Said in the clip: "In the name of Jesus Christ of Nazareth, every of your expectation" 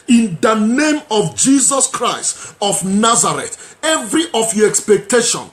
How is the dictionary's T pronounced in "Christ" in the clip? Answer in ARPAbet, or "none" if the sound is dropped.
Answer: T